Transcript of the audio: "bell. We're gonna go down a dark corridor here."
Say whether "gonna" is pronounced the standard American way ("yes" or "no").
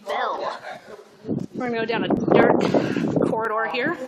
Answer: no